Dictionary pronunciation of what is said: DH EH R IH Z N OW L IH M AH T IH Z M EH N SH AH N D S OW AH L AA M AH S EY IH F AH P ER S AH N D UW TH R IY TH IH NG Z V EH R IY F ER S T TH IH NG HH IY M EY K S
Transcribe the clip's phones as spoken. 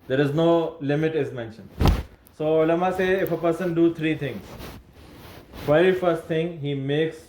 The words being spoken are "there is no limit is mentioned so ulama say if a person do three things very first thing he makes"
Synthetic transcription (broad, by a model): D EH R IH Z N OW L IH M AH T IH Z M EH N SH AH N D S OW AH L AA M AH S EY IH F AH P ER S AH N D UW T R IY T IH NG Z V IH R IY F ER S T T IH NG HH IY M EY K S